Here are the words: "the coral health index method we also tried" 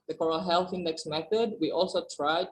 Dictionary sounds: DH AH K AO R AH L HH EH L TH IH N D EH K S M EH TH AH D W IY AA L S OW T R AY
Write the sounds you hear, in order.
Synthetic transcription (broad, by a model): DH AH K AO R AH L HH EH L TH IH N D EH K S M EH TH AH D W IY AA L S OW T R AY